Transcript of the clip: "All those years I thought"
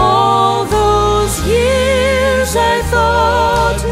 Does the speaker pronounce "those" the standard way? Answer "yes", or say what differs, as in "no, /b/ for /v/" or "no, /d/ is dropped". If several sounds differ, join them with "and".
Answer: yes